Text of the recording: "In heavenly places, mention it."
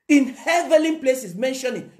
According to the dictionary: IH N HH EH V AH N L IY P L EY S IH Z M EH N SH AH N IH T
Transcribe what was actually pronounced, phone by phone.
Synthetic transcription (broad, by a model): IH N HH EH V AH L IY P L EY S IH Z M EH N SH AH N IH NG